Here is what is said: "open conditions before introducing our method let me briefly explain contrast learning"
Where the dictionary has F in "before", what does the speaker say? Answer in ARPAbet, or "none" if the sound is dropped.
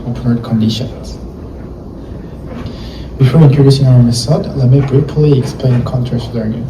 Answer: F